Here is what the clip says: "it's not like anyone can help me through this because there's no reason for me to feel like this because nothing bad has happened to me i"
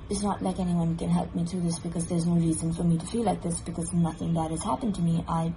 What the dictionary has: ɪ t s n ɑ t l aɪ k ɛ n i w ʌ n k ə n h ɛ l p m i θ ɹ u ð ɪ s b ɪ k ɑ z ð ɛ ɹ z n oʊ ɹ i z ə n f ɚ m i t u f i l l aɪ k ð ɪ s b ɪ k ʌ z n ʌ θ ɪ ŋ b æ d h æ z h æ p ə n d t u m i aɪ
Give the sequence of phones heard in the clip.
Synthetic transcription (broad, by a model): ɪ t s n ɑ t l aɪ k ɛ n i w ʌ n k ə n h ɛ l p m i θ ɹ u ð ɪ s b ɪ k ɑ z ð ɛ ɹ z n oʊ ɹ i z ə n f ɚ m i t u f i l l aɪ k ð ɪ s b ɪ k ʌ z n ʌ θ ɪ ŋ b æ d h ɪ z h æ p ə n t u m i aɪ